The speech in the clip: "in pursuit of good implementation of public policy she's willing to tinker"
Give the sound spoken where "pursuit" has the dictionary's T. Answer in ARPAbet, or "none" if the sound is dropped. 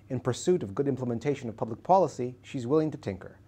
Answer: T